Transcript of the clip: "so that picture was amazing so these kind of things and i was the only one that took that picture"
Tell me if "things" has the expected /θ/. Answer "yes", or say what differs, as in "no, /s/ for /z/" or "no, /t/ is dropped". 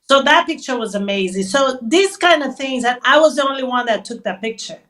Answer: yes